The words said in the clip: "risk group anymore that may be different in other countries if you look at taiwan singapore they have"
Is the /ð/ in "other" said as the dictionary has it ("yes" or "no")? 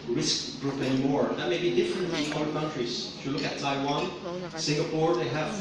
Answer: no